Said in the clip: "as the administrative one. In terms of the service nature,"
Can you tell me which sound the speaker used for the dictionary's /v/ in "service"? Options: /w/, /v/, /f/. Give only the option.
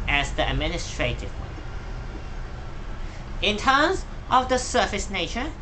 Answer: /f/